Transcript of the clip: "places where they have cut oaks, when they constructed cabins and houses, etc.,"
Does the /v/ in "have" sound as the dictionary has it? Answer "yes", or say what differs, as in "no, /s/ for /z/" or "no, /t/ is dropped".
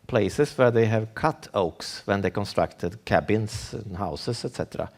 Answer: yes